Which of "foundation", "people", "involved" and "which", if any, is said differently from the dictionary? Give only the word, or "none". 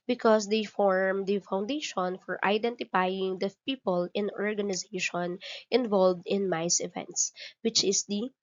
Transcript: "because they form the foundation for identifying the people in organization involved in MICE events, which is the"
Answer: none